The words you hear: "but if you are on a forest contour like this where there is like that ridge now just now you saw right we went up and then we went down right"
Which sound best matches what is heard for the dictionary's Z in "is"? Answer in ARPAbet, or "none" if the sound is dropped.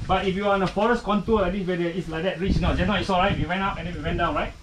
S